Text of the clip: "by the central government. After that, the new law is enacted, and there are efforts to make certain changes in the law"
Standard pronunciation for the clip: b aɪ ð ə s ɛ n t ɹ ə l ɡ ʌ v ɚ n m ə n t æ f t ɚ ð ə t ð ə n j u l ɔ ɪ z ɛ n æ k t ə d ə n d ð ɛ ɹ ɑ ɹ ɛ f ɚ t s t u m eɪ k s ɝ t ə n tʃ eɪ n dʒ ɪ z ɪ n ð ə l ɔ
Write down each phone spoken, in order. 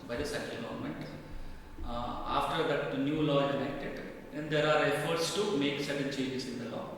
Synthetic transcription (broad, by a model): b aɪ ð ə s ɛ t ə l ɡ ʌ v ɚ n m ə n t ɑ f t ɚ ə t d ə n j u l ɔ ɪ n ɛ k t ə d ə n d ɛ ɹ ɑ ɹ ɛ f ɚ t s t u m eɪ k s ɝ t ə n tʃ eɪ dʒ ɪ s ɪ n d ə l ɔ